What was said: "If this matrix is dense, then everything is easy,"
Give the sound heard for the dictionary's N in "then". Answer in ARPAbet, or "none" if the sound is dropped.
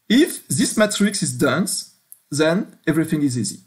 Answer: N